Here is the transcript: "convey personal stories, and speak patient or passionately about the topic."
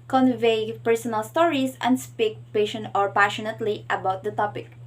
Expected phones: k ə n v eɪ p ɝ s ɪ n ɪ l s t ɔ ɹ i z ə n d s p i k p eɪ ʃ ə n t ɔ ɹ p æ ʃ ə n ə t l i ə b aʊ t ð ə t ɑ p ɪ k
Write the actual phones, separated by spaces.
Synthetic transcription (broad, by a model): k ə n v eɪ p ɝ s ɪ n ɪ l s t ɔ ɹ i s ə n d s p i k p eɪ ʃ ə n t ɔ ɹ p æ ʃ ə n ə t l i ə b aʊ t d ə t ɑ p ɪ k